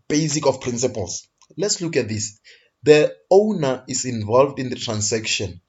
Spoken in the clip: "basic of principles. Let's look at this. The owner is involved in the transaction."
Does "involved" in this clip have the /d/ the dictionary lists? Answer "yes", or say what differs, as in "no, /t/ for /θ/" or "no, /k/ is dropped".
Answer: yes